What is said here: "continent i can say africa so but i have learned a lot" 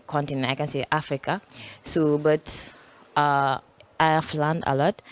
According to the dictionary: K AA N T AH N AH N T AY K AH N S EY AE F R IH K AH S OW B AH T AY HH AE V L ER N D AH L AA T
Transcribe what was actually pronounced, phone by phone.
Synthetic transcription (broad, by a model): K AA N T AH N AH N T AY K AH N S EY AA F R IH K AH S OW B AH T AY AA F L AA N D AH L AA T